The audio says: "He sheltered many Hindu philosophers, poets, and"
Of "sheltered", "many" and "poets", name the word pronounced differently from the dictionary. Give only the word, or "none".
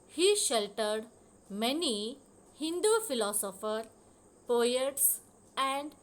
none